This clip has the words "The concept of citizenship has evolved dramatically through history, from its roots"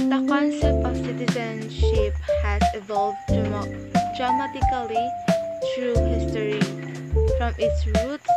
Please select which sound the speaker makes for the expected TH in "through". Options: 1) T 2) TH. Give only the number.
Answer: 1